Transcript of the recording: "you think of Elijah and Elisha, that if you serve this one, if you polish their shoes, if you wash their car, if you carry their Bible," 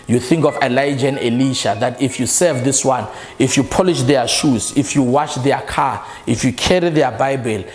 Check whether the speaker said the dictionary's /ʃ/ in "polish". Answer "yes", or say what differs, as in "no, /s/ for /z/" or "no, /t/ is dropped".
yes